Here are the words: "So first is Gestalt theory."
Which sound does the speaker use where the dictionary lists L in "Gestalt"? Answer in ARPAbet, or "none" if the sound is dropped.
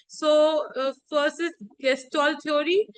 L